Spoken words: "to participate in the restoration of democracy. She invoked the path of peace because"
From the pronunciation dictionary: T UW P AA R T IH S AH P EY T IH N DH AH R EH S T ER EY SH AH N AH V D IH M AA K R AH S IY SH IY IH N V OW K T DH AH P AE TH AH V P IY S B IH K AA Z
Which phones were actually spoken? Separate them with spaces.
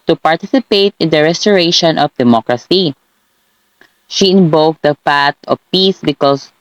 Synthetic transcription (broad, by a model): T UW P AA R T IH S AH P EY T IH N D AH R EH S T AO EY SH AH N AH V D IH M AA K R AH S IY SH IY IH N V OW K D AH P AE T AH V P IY S B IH K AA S